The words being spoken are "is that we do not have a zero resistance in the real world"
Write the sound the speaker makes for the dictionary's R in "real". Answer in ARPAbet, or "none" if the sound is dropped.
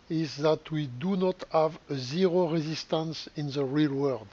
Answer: R